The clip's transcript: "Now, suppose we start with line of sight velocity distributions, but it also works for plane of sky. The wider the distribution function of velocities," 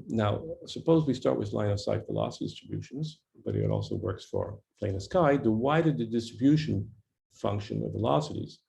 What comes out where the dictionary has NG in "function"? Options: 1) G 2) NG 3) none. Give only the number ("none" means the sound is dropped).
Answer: 2